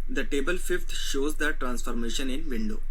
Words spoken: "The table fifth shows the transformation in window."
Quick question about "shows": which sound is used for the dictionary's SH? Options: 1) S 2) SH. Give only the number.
2